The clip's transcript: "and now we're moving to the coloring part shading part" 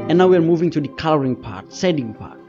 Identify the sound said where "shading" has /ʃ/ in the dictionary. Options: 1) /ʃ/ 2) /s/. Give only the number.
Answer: 2